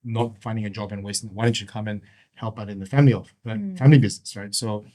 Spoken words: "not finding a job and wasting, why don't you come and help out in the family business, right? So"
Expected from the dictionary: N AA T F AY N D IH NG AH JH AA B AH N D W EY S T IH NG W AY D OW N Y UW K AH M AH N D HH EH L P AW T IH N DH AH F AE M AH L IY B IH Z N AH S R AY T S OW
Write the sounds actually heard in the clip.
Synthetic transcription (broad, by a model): N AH T F AY N D IH NG AH JH AA B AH N W EY S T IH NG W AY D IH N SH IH K AH M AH N HH EH L P AW T IH N DH AH F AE M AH L IY B IH Z N AH S R AY T S OW